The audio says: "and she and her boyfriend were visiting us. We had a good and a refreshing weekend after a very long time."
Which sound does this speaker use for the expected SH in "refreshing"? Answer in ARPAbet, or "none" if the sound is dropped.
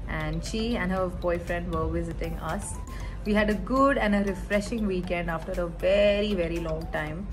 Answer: SH